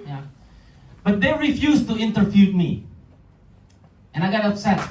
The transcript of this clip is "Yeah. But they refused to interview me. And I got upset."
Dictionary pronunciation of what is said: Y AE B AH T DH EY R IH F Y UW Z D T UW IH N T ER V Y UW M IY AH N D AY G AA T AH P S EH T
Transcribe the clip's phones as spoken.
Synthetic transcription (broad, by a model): Y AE B AH T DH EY R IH F Y UW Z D T UW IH N T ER F Y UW M IY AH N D AY G AA T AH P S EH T